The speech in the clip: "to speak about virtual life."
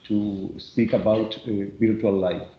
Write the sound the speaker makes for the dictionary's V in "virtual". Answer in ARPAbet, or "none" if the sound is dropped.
B